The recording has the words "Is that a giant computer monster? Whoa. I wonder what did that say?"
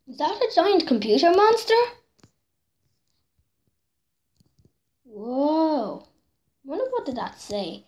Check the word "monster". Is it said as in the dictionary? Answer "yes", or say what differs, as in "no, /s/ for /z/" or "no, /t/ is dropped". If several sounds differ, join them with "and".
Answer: yes